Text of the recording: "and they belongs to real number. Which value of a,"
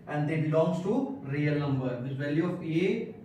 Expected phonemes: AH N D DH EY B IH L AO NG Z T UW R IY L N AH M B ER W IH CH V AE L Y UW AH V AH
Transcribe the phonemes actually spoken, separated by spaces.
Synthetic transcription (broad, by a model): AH N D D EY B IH L AO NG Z T UW R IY L N AH M B ER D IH S V AE L Y UW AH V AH